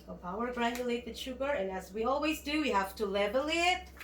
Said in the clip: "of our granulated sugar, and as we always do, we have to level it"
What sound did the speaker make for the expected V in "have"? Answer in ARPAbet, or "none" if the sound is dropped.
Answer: F